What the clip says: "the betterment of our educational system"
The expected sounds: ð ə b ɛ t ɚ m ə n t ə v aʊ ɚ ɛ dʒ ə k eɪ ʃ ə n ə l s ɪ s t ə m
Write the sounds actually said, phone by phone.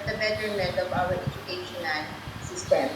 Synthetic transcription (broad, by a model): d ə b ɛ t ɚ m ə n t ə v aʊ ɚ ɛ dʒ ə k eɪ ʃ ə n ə n s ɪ s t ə m